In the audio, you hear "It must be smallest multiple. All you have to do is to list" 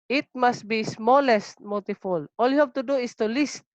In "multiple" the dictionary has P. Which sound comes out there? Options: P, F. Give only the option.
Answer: F